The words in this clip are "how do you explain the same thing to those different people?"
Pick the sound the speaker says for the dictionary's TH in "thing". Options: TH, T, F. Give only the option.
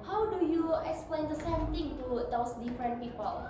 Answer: T